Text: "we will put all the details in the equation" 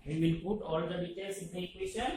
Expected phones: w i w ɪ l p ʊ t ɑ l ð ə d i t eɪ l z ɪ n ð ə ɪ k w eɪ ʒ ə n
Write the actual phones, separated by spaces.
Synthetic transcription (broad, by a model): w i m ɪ n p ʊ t ɑ l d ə d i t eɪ l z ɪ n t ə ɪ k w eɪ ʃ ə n